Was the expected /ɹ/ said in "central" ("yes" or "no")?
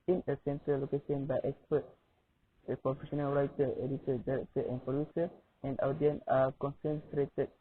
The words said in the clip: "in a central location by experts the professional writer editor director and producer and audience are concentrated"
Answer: no